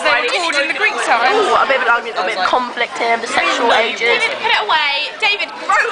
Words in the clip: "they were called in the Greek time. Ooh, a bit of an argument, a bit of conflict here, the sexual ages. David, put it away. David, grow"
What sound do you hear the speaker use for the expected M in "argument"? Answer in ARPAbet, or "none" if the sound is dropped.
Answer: none